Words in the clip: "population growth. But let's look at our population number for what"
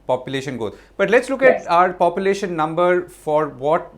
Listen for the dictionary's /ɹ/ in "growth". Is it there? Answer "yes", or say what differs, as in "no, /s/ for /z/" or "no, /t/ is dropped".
no, /ɹ/ is dropped